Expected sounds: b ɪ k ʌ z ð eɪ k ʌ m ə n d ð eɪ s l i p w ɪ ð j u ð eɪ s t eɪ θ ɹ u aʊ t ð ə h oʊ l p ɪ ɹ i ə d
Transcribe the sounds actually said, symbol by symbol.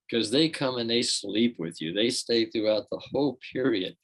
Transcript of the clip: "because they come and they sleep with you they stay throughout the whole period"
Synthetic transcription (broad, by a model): k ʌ z ð eɪ k ʌ m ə n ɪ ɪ s l i p w ɪ ð j u ð eɪ s t eɪ θ ɹ u aʊ t ð ə h oʊ l p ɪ ɹ i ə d